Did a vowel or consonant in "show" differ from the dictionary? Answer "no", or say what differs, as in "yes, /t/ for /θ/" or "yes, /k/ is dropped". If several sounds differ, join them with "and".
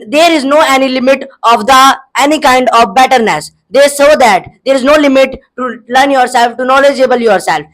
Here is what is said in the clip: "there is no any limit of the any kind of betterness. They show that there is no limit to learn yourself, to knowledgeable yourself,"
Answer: yes, /s/ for /ʃ/